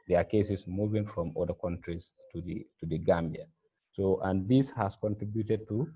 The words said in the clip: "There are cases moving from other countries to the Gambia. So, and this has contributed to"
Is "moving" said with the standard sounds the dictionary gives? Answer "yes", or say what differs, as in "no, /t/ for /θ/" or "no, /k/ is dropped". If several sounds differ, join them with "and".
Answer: yes